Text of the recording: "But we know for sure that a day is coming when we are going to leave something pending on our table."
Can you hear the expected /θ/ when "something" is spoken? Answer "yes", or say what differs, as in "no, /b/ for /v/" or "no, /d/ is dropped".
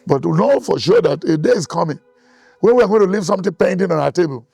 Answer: no, /t/ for /θ/